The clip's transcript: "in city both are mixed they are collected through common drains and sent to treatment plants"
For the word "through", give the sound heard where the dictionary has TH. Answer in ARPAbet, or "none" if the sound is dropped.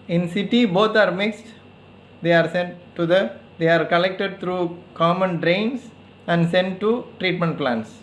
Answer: T